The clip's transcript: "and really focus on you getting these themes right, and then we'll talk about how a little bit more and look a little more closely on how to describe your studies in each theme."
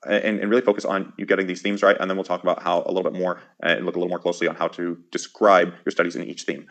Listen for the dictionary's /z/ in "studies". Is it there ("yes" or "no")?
yes